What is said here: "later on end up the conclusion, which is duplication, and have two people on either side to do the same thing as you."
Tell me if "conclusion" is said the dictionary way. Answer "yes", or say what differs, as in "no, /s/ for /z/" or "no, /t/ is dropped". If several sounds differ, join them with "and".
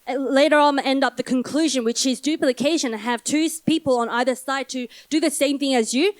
yes